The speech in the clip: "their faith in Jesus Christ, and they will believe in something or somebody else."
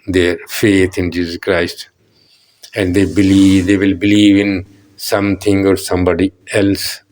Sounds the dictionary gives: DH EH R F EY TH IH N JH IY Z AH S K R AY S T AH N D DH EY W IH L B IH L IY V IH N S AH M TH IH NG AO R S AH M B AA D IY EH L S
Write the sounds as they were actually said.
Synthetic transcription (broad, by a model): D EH R F EY T IH N JH IY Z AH S K R AY S T AH N D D EY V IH L B IH L IY V IH N S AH M T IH NG AO R S AH M B AA D IY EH L S